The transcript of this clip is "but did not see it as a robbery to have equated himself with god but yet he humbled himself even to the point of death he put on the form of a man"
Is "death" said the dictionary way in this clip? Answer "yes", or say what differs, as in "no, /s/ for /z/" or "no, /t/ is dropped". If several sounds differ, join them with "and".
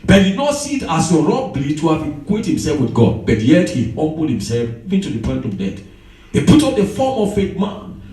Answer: no, /t/ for /θ/